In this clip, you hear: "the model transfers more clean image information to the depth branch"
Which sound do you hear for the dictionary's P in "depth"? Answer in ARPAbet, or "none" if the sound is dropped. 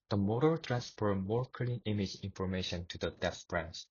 none